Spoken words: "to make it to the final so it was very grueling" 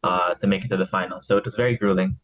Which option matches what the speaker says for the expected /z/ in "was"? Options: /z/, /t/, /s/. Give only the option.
/z/